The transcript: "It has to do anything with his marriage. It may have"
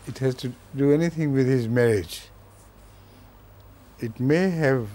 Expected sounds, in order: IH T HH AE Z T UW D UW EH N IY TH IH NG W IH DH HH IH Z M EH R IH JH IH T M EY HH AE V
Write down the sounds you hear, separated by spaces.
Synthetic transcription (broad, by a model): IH T HH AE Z T UW D UW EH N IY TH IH NG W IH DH HH IH Z M EH R IH JH IH T M EY HH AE V